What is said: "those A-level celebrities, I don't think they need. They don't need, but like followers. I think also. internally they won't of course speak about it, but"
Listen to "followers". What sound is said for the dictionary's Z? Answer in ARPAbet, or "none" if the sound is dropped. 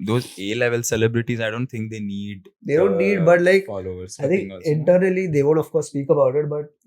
none